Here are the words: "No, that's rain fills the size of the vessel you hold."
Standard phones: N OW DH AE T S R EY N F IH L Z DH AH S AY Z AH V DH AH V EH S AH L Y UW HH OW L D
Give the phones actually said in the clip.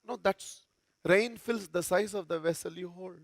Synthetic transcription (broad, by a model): N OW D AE T S R EY N F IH L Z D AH S AY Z AH V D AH V EH S AH L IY HH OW L